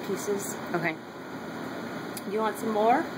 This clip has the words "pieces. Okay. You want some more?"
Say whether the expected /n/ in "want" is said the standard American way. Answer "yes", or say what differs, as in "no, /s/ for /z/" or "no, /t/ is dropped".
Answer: yes